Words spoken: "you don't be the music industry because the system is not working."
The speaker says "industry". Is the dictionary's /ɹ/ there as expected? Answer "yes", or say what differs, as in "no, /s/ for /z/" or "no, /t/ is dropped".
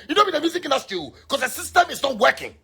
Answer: no, /ɹ/ is dropped